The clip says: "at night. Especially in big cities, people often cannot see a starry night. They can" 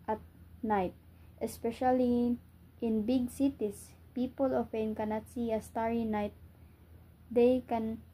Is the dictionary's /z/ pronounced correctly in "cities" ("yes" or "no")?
no